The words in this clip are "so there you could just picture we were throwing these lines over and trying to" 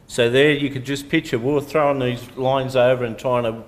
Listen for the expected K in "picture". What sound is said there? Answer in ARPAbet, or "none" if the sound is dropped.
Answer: none